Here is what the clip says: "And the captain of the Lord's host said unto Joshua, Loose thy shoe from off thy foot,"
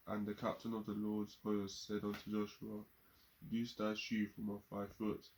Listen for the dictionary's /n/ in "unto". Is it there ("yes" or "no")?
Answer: yes